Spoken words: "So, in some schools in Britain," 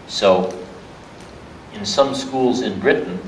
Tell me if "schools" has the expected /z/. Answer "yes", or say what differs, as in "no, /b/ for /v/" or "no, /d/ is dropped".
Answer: yes